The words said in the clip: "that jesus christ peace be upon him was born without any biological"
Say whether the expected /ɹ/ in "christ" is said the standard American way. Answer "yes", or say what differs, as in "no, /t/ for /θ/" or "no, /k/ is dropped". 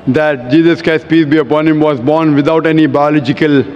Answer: no, /ɹ/ is dropped